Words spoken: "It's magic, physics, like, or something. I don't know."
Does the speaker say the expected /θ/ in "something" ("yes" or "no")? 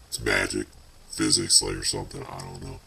yes